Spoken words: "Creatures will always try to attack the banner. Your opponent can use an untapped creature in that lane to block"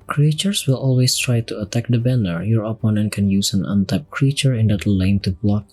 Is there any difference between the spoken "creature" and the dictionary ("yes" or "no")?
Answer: no